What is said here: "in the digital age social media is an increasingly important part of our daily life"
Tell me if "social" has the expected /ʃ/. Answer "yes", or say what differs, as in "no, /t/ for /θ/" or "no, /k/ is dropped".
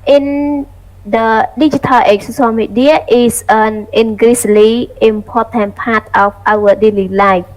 no, /s/ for /ʃ/